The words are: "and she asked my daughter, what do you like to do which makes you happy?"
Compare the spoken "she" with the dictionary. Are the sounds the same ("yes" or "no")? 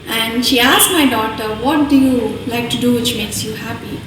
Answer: yes